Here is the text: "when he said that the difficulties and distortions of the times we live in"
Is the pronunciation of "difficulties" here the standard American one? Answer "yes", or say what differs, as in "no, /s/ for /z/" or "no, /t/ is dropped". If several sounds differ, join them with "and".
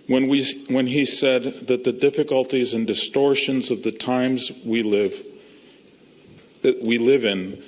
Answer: yes